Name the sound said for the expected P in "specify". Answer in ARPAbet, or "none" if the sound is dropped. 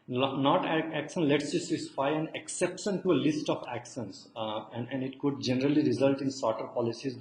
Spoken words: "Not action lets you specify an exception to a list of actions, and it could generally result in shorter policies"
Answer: none